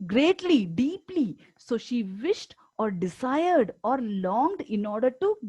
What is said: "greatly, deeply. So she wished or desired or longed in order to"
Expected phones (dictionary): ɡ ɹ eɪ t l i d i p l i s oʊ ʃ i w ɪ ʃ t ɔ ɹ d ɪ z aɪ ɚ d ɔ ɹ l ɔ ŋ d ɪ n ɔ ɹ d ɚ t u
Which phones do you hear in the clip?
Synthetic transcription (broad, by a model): ɡ ɹ eɪ t l i d i p l i s oʊ ʃ i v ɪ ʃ t ɔ ɹ d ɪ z aɪ ɚ d ɔ ɹ l ɔ ŋ d ɪ n ɔ ɹ d ɚ t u